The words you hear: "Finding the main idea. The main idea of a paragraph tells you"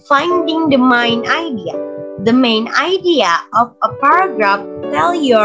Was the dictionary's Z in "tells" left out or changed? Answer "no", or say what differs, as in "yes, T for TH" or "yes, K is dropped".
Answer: yes, Z is dropped